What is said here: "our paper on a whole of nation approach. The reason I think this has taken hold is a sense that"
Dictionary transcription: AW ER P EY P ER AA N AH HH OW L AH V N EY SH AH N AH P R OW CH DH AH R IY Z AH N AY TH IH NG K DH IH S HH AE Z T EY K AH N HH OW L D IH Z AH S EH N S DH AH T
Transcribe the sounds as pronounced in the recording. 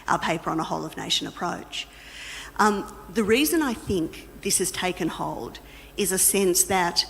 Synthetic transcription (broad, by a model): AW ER P EY P ER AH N AH HH OW L AH V N EY SH AH N AH P R OW CH DH AH R IY Z AH N AY TH IH NG K DH IH S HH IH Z T EY K AH N HH OW L D IH Z AH S EH N S DH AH T